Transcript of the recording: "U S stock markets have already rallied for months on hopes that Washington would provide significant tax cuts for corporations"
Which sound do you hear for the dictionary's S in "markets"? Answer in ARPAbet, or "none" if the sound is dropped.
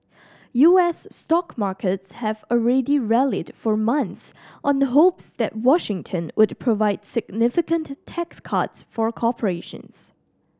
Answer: S